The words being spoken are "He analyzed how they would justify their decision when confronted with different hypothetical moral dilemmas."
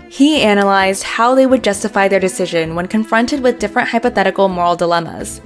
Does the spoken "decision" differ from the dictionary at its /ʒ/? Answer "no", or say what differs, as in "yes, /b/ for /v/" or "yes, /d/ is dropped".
no